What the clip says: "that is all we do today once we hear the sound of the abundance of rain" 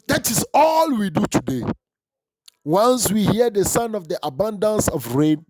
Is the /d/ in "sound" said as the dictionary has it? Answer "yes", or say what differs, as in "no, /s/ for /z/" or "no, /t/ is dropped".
no, /d/ is dropped